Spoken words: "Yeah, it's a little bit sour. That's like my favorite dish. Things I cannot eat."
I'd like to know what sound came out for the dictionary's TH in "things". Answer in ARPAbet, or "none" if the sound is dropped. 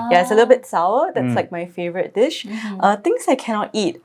T